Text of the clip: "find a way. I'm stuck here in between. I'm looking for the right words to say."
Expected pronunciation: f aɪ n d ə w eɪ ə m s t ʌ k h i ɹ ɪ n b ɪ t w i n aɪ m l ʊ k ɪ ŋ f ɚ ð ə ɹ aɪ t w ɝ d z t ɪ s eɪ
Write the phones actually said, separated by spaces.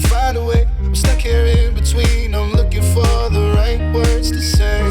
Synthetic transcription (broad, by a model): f aɪ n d ə w eɪ ə m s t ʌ k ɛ ɹ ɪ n b ɪ t w i n aɪ m l ʊ k ɪ ŋ f ɚ ð ə ɹ aɪ t w ɝ d z t ɪ s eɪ